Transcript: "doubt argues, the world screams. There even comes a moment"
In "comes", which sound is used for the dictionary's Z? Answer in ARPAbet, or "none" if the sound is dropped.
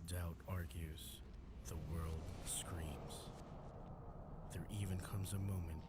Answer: Z